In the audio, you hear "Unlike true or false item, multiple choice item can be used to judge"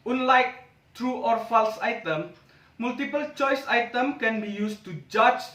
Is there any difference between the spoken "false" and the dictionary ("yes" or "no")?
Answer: no